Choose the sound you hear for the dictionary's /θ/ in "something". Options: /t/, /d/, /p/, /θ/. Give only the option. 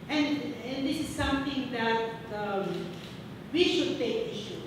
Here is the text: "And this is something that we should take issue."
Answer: /t/